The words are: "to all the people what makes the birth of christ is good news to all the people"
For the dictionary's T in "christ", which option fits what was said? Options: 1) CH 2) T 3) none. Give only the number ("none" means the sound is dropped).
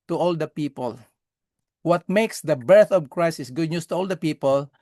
3